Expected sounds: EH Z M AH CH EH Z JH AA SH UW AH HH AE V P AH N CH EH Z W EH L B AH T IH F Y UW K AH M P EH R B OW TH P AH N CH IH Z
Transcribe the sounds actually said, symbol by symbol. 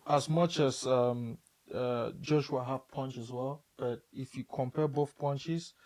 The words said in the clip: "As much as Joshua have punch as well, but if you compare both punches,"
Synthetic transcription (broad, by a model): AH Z M AH CH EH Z JH AA SH UW AH HH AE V P AH N CH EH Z W EH L B AH T IH F Y UW K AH M P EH B OW TH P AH N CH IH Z